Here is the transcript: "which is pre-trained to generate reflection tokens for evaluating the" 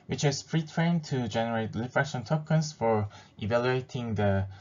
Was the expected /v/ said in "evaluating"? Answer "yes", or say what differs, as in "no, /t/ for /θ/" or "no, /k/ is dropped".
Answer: yes